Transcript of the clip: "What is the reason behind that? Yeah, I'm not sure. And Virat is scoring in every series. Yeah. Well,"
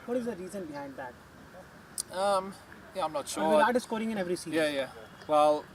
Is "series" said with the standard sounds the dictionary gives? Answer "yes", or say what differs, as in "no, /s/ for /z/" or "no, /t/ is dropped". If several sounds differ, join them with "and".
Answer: no, /z/ is dropped